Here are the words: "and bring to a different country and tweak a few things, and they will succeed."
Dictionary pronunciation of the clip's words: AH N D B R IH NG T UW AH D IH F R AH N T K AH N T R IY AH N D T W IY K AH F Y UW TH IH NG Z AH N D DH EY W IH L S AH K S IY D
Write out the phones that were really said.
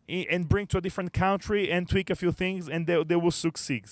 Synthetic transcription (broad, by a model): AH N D B R IH NG T UW AH D IH F R AH N T K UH N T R IY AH N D T W IY K AH F Y UW TH IH NG Z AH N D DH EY W IH L S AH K S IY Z